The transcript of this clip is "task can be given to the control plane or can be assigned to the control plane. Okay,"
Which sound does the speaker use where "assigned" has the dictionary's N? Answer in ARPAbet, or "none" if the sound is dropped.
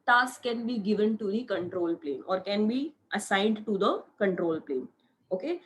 N